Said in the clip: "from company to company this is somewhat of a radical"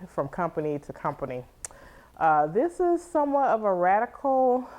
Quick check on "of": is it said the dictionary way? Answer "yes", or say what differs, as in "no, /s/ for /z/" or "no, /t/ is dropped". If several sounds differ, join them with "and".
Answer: yes